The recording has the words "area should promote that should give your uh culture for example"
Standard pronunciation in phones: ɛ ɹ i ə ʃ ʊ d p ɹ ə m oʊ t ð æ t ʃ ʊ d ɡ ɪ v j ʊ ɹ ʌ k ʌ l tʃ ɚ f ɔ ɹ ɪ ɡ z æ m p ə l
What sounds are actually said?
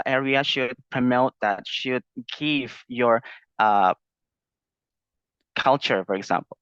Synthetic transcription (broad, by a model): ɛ ɹ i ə ʃ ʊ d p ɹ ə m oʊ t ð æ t ʃ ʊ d ɡ ɪ v j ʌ ɹ ʌ k ʌ l tʃ ɚ f ɔ ɹ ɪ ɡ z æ m p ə l